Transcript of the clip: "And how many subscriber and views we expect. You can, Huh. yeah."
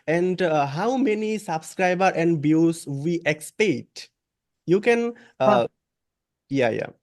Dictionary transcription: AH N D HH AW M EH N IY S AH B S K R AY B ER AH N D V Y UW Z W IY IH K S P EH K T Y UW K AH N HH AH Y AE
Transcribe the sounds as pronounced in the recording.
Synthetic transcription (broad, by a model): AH N D HH AW M EH N IY S AH B S K R AY B ER AH N D B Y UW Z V IY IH K S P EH T Y UW K AH N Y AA Y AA